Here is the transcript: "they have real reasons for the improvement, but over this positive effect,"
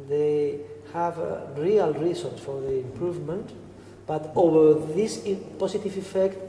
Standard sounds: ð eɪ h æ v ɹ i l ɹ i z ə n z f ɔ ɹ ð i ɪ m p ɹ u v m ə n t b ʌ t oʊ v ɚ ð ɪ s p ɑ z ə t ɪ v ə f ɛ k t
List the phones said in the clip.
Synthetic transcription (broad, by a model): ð eɪ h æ v ɹ i l ɹ i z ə n s f ɔ ɹ ð i ɪ m p ɹ u v m ə n t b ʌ t oʊ v ɚ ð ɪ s p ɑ s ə t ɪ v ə f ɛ k t